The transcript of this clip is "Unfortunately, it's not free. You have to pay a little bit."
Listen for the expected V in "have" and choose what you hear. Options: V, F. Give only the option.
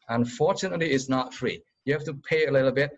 F